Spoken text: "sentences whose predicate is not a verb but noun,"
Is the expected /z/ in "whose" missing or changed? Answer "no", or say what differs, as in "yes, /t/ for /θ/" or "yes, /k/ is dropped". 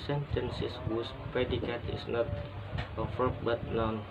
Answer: yes, /s/ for /z/